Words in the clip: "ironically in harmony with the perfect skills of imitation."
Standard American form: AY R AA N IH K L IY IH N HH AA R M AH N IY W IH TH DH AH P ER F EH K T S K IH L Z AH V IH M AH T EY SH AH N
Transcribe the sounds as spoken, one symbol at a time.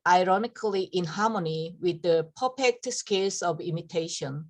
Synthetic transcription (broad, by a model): AY R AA N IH K L IY IH N HH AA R M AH N IY W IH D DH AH P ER P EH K T S K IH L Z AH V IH M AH T EY SH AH N